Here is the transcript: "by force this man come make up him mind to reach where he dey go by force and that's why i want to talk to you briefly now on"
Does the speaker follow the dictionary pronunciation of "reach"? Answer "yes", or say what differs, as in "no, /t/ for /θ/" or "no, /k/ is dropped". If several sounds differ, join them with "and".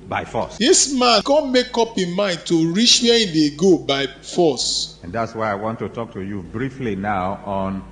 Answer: no, /ʃ/ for /tʃ/